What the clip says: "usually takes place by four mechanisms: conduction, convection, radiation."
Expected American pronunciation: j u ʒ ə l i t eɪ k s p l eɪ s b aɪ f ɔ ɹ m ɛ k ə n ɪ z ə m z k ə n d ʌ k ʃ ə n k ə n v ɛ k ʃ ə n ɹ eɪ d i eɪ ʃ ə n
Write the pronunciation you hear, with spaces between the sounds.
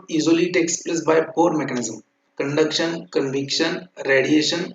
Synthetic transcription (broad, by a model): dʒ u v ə l i t eɪ k s p l eɪ s b aɪ p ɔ ɹ m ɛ k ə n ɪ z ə m k ə n d ʌ k ʃ ə n k ə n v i k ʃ ə n ɹ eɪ d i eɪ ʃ ə n